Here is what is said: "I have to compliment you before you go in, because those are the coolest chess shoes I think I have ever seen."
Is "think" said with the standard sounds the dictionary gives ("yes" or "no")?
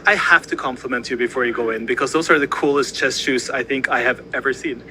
yes